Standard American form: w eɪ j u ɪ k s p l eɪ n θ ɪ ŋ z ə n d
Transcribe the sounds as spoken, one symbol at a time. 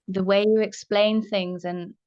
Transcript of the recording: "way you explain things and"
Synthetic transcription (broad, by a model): w eɪ j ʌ ɪ k s p l eɪ n θ ɪ ŋ z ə n